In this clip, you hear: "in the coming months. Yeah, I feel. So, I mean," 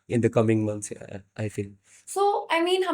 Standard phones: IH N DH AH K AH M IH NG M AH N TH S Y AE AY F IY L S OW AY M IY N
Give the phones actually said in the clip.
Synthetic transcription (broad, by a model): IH N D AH K AH M IH NG M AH N T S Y AY F IY L S OW AY M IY N